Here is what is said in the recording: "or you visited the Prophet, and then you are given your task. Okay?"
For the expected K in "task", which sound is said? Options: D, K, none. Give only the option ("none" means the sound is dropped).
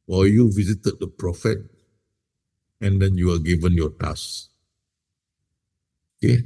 none